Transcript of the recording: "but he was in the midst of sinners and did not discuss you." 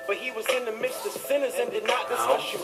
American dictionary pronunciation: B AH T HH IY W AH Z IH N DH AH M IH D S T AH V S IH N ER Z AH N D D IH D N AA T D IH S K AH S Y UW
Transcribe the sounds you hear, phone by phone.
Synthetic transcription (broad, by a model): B AH T HH IY W AH Z IH N DH AH M IH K S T AH V S IH N ER Z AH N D D IH D N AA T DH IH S AH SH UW